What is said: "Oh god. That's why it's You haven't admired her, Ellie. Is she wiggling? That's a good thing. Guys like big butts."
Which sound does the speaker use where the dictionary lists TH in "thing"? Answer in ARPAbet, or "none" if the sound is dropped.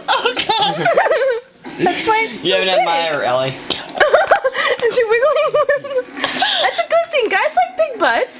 TH